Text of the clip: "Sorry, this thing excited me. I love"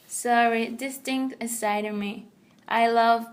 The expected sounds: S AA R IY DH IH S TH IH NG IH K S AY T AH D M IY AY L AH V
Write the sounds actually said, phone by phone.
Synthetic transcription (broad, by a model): S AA R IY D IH S T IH NG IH S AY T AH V M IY AY L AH V